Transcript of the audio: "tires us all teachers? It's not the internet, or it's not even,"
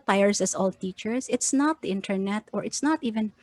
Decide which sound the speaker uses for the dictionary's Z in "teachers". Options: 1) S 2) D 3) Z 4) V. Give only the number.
1